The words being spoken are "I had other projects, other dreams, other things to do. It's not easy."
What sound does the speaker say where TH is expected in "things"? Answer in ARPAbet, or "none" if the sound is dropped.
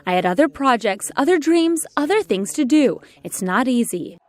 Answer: TH